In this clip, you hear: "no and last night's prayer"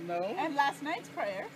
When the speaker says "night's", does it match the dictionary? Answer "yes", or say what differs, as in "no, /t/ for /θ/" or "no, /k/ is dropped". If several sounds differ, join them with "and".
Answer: yes